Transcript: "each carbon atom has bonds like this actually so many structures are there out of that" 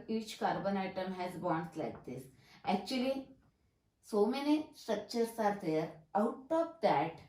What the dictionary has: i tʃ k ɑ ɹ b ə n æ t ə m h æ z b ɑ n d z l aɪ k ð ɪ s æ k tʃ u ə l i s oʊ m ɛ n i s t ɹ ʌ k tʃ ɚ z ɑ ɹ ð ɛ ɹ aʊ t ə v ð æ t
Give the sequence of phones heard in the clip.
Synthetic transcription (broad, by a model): i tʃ k ɑ ɹ b ə n æ t ə m h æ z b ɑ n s l aɪ k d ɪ s æ k tʃ u ə l i s oʊ m ɛ n i s t ɹ ʌ k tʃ ɚ s ɑ ɹ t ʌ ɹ aʊ t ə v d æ t